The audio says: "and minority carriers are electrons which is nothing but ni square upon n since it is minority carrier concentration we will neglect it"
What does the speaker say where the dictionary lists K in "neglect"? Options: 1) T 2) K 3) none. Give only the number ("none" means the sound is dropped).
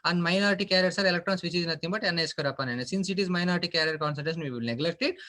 2